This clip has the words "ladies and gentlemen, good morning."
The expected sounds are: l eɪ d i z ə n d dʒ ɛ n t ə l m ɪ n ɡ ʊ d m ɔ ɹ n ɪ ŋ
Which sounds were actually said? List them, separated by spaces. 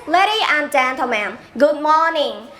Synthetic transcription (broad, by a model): l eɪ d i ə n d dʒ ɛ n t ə m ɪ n ɡ ʊ d m ɔ n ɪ ŋ